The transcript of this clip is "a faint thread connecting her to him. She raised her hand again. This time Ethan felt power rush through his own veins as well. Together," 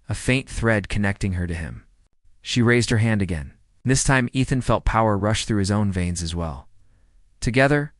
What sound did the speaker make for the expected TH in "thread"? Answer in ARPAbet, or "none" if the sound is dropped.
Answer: TH